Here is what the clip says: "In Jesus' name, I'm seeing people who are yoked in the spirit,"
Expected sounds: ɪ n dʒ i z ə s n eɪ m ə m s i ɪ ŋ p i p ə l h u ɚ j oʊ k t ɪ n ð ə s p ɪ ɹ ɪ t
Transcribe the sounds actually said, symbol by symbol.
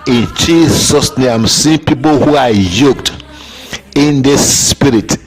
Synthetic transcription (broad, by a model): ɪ n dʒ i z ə s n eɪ ə m s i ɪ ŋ p i p ə l h u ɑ j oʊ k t ɪ n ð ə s p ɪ ɹ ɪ t